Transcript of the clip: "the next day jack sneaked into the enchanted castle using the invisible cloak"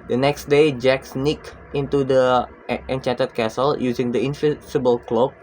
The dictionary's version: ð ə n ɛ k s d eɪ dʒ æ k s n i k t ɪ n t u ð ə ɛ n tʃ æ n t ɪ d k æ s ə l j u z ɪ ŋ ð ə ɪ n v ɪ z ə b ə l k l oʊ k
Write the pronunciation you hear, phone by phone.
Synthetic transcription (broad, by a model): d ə n ɛ k s d eɪ dʒ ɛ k s n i k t ɪ n t u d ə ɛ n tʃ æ n t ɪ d k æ s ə l j u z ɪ ŋ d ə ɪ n f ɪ s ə b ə l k l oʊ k